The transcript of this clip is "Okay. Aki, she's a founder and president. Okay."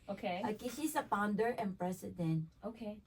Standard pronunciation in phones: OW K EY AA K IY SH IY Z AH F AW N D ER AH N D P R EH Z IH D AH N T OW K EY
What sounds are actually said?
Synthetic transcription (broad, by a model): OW K EY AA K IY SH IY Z AH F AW N D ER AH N P R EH S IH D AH N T OW K EY